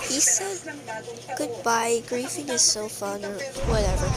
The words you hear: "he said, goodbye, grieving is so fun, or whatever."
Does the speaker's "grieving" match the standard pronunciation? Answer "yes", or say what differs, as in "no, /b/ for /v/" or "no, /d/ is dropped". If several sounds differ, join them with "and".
no, /f/ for /v/